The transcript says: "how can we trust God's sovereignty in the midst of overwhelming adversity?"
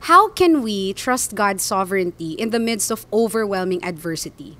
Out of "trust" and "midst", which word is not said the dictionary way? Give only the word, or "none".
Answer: none